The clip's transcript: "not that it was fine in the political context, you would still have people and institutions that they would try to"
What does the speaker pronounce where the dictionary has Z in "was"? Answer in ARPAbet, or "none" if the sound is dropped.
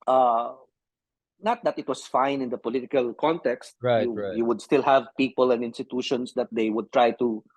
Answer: S